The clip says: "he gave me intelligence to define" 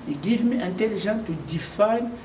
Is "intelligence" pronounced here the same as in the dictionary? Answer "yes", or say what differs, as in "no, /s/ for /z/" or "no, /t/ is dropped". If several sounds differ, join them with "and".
no, /ʒ/ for /dʒ/